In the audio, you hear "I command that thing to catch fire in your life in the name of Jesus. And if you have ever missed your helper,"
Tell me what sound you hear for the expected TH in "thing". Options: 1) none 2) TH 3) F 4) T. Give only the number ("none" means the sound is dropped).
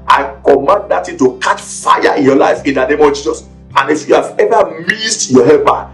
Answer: 4